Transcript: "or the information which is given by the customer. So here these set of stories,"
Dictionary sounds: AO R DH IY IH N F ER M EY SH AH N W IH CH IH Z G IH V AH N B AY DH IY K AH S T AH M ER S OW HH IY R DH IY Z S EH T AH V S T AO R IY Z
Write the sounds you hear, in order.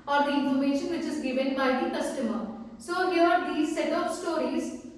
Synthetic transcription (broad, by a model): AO R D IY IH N F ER M EY SH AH N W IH CH IH Z G IH V AH N B AY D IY K AH S T AH M ER S OW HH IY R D IY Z S EH T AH P S T AO R IY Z